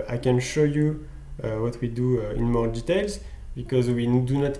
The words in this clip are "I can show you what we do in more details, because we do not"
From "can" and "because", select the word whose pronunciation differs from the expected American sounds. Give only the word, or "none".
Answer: none